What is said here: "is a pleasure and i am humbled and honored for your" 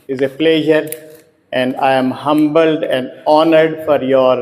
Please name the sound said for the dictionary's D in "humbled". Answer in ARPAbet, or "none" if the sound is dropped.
D